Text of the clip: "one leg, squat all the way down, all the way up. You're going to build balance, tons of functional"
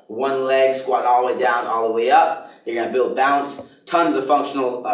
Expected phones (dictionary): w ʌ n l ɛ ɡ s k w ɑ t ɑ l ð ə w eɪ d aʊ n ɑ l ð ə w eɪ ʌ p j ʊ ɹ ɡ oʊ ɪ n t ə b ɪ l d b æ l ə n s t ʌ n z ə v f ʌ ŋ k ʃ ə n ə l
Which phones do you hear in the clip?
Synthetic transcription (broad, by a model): w ʌ n l ɛ ɡ s k w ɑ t ɑ l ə w eɪ d aʊ n ɑ l ð ə w eɪ ʌ p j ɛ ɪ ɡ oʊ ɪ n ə b ɪ l d b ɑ ə n s t ʌ n z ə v f ʌ ŋ k ʃ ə n l